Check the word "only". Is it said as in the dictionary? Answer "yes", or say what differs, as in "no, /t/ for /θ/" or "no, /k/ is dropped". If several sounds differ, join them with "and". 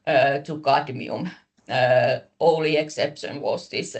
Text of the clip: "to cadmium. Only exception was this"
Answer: no, /n/ is dropped